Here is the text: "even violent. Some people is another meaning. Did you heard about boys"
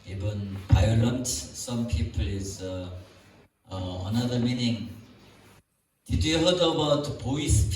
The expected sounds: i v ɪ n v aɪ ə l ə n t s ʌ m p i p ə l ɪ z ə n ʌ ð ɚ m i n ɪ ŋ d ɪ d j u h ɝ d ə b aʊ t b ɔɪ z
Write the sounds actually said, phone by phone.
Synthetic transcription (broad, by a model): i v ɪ n p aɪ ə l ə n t s ʌ m p i p ə l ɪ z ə n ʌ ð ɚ m i n ɪ ŋ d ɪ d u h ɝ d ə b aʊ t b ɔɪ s